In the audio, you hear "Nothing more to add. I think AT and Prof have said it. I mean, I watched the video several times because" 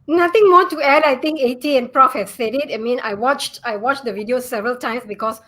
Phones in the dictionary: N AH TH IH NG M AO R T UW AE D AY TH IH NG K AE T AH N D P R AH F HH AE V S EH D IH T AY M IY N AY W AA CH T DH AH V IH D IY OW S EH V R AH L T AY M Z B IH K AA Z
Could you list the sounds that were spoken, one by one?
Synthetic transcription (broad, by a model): N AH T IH NG M AO T UW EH D AY T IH NG K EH T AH N P R AH F HH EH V S EH D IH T AY M IY N AY W AA CH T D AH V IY D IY OW S EH V R AH L T AY M S B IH K AA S